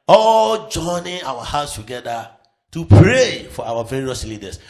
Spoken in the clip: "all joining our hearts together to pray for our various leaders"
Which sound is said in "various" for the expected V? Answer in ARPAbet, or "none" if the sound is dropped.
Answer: V